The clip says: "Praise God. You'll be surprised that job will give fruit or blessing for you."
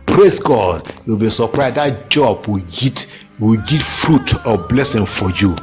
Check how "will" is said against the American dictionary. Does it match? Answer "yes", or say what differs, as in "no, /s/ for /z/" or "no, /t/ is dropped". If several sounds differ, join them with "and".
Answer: no, /w/ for /l/